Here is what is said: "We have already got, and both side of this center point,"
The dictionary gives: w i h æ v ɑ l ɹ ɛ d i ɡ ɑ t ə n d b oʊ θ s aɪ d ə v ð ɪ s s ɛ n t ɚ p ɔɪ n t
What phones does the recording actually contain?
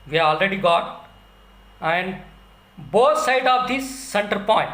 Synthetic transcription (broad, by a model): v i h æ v ɑ l ɹ ɛ d i ɡ ɑ t ə n d b oʊ t s aɪ d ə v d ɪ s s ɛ n t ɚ p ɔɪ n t